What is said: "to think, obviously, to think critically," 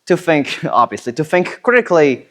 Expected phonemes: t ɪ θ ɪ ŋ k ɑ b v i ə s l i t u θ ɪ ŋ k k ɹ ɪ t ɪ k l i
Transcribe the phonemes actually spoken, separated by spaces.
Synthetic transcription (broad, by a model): t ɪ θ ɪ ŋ k ɑ b v i ə s l i t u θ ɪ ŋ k k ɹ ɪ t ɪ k l i